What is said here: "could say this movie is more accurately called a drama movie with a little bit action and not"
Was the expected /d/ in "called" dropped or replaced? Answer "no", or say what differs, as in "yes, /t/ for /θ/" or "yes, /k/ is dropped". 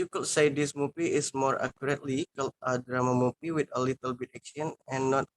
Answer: yes, /d/ is dropped